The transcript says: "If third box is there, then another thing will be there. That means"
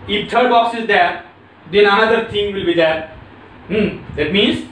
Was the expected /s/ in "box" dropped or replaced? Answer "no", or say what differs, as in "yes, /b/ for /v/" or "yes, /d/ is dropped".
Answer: no